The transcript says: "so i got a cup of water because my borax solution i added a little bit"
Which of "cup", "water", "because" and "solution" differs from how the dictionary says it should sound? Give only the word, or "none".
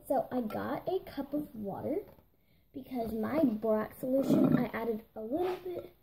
none